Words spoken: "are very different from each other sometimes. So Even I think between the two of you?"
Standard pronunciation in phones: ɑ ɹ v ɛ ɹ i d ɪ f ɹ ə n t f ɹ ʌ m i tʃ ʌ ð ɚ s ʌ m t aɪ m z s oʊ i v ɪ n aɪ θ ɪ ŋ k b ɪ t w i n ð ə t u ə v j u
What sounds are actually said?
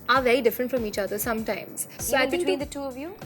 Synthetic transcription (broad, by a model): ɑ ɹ v ɛ ɹ i d ɪ f ɹ ə n t f ɹ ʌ m i tʃ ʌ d ɚ s ʌ m t aɪ m z s oʊ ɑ ɪ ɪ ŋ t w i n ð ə t u ə v j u